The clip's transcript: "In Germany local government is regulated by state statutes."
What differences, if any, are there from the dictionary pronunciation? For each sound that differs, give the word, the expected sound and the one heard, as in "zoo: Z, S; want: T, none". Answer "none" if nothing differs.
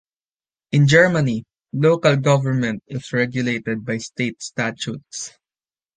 is: Z, S